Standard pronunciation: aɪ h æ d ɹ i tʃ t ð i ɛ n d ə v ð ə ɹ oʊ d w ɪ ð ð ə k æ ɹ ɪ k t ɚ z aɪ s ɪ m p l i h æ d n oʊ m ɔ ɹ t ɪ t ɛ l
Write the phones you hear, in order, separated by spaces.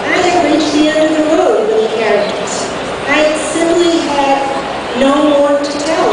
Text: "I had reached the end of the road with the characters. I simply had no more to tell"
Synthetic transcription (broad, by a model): aɪ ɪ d ɹ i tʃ ð i ɛ n d ə v ð ə w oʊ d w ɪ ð ð ə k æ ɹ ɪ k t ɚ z aɪ s ɪ m p l i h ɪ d n oʊ m ɔ ɹ t ɪ t ɛ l